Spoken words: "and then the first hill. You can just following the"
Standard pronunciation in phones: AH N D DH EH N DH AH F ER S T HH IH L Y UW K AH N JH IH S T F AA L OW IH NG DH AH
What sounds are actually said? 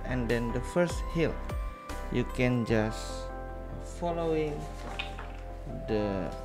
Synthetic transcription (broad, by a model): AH N D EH N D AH F ER S T HH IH L Y UW K AH N JH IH S F AA L OW IH NG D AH